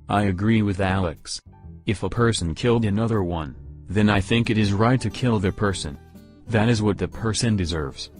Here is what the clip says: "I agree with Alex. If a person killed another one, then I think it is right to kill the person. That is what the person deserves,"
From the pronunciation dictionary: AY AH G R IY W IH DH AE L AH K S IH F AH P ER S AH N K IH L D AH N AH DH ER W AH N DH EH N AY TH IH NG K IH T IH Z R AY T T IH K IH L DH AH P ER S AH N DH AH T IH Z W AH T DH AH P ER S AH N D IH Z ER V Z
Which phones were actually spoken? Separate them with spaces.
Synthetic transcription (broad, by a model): AY AH G R IY W IH DH AE L AH K S IH F AH P ER S N K IH L D AH N AH DH ER W AH N DH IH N AY TH IH NG K IH T IH Z R AY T T IH K IH L DH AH P ER S AH N DH AH T IH Z W AH T DH AH P ER S AH N D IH Z ER V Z